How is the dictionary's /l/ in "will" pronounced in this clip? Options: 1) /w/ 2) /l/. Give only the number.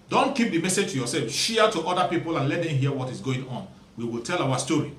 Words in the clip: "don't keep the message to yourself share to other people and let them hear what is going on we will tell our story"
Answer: 2